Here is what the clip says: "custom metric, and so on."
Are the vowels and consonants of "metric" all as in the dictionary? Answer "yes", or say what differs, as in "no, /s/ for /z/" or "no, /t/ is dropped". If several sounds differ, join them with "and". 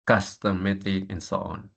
no, /ɹ/ is dropped